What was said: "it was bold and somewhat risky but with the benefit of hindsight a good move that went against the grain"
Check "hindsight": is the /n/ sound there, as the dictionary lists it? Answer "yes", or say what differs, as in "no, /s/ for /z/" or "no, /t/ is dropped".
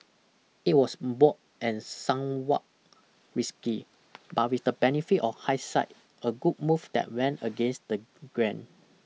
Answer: no, /n/ is dropped